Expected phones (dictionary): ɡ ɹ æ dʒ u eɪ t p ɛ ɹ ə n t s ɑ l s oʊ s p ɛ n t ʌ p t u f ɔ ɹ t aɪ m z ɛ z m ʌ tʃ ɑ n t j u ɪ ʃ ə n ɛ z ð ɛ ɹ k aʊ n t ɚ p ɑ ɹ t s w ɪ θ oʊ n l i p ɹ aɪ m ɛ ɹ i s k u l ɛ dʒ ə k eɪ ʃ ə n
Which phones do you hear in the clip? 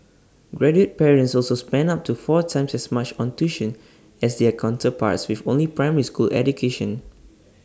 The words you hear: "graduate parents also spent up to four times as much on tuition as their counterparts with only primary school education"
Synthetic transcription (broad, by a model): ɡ ɹ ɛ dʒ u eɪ t p ɛ ɹ ə n t s ɑ l s oʊ s p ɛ n ɑ p t u f ɔ t aɪ m s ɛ s m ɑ tʃ ɑ n t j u ʃ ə n ɛ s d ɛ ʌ k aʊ n t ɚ p ɑ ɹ t s w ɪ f oʊ n l i p ɹ aɪ m ɛ ɹ i s k u l ɛ dʒ ə k eɪ ʃ ə n